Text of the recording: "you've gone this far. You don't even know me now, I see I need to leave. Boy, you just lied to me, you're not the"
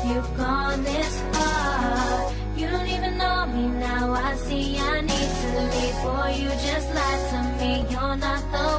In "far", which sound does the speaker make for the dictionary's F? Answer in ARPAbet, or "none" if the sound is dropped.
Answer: P